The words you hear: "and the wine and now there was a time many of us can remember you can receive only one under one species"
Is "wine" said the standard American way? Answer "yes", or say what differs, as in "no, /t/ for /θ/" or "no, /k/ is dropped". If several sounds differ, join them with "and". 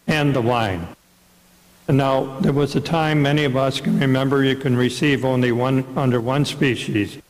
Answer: no, /n/ is dropped